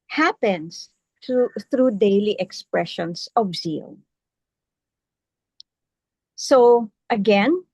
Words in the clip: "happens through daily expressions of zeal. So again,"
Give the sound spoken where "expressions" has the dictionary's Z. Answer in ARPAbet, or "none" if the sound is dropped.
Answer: S